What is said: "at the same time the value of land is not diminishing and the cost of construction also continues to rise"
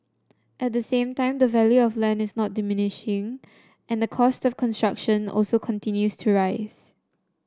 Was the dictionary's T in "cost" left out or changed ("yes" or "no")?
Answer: no